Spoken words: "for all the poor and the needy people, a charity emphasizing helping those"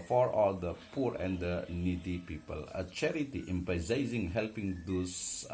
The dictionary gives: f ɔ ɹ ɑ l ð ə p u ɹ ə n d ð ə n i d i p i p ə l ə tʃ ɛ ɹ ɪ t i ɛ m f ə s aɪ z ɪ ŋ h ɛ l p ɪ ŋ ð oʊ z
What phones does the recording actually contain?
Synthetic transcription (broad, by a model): f ɔ ɹ ɑ l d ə p u ɹ ə n d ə n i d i p i p ə l ə tʃ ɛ ɹ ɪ t i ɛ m p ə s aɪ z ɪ ŋ h ɛ l p ɪ ŋ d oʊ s